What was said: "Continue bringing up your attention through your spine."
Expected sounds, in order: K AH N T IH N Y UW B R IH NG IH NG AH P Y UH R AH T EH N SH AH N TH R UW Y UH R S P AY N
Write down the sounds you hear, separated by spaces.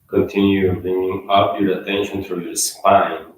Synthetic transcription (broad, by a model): K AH N T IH N Y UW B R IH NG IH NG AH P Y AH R AH T EH N SH AH N T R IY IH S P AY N